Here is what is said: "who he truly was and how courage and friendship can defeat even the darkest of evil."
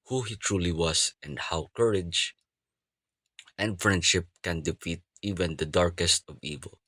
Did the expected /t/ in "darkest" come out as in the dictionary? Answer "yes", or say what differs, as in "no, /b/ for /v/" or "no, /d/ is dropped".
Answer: yes